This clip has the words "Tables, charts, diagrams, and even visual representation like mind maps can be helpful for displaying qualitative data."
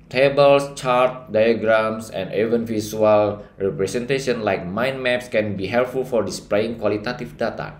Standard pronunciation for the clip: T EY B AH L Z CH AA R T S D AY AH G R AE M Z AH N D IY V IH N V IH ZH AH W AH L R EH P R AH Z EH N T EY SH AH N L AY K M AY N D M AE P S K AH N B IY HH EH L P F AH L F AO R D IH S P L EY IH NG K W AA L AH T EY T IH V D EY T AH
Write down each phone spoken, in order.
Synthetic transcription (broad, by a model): T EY B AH L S CH AA R T D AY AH G R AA M S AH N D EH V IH N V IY S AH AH L R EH P R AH S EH N T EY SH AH N L AY K M AY N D M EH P S K AH N B IY HH EH L P F AH L F AO R D IH S P L EY IH NG K W AA L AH T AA T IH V D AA T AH